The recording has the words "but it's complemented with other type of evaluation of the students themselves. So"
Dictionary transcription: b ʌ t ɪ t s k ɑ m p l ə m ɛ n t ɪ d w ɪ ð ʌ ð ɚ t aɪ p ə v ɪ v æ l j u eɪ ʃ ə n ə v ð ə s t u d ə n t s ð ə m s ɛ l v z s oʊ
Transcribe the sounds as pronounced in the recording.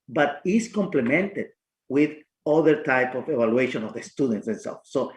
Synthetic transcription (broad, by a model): b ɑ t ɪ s k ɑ m p l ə m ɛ n t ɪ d w ɪ ð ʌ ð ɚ t aɪ p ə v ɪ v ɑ l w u eɪ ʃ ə n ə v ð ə s t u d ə n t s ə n s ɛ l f s oʊ